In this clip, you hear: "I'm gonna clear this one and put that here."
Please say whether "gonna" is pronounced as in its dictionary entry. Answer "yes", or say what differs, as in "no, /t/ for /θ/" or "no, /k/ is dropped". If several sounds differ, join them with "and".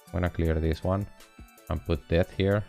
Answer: no, /n/ is dropped